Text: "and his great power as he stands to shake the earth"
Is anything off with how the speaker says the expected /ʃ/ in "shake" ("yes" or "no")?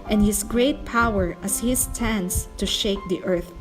no